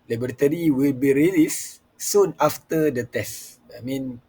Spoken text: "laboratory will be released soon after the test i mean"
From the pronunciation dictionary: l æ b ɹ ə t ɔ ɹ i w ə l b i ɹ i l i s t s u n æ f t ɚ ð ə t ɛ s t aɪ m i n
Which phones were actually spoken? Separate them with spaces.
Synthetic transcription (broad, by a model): l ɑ b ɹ t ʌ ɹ i w ə l b i ɹ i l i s s u n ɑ f t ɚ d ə t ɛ s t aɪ m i n